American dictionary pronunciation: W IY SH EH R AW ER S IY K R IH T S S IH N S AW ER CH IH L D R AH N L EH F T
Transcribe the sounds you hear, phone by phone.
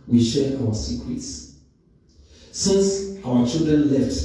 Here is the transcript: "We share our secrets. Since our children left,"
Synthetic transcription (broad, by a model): W IY SH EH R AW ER S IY K W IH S S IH N S AW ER CH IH L D R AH N L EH F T